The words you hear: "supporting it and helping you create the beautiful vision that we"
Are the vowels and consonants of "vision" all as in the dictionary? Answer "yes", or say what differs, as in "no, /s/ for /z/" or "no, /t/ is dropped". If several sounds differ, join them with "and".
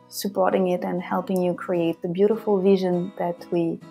yes